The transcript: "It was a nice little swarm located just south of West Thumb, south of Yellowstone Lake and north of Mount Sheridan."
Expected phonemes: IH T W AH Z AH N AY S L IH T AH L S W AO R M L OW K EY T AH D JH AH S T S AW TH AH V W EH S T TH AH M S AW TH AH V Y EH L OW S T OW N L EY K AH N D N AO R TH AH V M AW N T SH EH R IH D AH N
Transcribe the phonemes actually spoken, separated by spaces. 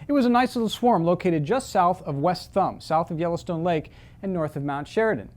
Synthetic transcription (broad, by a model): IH T W AH Z AH N AY S L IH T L S W AO R M L OW K EY T AH D JH AH S T S AW TH AH V W EH S T TH AH M S AW TH AH V Y EH L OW S T OW N L EY K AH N N AO R TH AH V M AW N T SH EH R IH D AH N